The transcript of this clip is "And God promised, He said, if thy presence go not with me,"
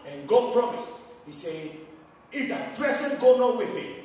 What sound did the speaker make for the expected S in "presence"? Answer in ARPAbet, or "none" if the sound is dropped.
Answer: none